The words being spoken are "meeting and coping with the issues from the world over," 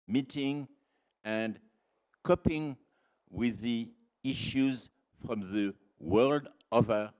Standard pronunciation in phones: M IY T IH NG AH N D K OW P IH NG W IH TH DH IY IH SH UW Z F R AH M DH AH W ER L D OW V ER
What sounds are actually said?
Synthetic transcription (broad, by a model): M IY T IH NG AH N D K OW P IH NG W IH DH IY IH SH UW Z F R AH M DH AH W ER L D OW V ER